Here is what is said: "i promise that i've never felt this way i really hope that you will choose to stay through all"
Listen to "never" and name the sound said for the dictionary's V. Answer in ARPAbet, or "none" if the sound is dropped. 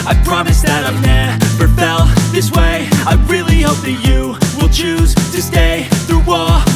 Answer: P